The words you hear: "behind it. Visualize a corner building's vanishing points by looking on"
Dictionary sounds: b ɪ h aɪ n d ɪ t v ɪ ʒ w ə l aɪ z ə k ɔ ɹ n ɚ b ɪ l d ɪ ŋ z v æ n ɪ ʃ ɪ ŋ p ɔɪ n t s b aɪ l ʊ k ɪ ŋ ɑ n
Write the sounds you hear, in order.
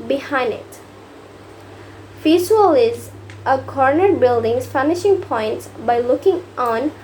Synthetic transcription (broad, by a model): b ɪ h aɪ n d ɪ t f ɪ s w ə l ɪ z ə k ɔ ɹ n ɚ b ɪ l d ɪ ŋ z f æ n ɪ ʃ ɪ ŋ p ɔɪ n t s b aɪ l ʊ k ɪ ŋ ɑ n